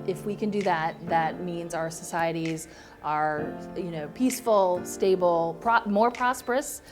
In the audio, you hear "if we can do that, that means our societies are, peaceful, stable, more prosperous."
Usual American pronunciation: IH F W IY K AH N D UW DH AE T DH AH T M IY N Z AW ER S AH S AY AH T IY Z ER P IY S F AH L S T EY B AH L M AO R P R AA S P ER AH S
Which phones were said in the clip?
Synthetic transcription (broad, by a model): IH F W IY K AH N D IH DH AE T DH AH T M IY N Z AW ER S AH S AY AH T IY Z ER P IY S F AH L S T EY B L M AO R P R AA S P ER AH S